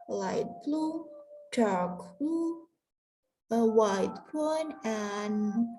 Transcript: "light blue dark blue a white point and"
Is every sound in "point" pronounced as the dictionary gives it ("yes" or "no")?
no